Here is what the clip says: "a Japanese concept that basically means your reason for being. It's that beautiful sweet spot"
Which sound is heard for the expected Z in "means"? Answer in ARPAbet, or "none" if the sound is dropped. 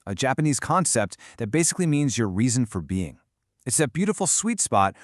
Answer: Z